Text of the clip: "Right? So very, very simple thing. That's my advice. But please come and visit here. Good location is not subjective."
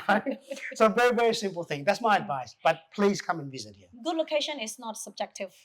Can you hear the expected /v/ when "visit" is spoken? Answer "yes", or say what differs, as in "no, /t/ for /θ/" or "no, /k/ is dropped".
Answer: yes